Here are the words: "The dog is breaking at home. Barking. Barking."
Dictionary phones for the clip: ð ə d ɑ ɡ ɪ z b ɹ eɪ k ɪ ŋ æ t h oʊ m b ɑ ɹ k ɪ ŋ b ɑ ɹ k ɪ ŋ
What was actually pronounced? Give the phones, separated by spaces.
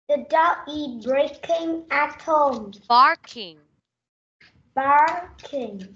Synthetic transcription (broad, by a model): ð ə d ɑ ɪ b ɹ eɪ k ɪ ŋ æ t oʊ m b ɑ ɹ k ɪ ŋ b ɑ ɹ k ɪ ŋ